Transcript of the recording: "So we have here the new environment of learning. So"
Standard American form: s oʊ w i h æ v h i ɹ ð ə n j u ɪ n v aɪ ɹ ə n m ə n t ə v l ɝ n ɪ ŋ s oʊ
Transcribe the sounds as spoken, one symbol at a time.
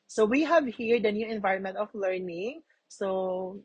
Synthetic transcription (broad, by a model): s oʊ w i h æ v h i ɹ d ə n j u ɪ n v aɪ ɹ ə n m ə n t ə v l ɝ n ɪ ŋ s oʊ